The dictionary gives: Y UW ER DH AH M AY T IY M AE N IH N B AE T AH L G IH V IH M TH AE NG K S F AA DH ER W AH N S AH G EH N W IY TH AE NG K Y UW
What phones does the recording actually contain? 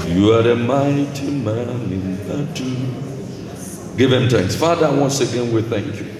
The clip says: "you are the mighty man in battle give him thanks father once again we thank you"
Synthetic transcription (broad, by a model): Y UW ER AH M AY T IY M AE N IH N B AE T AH G IH V IH M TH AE NG K S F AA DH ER W AH N S AH G EH N W IY TH AE NG K Y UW